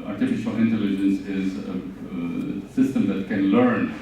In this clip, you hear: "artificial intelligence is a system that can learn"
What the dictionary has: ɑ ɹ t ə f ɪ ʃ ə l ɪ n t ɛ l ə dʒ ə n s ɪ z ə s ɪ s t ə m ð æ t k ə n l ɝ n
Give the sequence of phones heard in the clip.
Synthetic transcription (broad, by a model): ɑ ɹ t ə f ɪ ʃ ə l ɪ n t ɛ l ə dʒ ə n s ɪ z ə s ɪ s t ə m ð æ t k ə n l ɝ n